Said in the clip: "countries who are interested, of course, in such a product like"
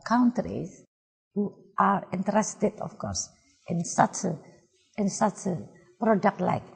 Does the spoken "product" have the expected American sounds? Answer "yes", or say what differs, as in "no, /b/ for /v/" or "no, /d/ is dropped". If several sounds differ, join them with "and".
yes